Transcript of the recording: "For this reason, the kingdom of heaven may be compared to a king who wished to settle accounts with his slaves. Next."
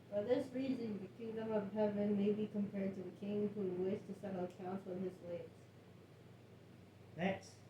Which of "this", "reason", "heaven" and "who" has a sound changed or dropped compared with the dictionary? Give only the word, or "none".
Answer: none